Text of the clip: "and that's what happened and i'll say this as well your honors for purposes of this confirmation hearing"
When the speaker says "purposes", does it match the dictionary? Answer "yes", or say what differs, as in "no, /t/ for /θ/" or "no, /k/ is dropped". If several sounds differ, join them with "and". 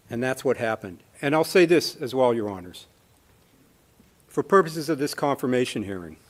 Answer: yes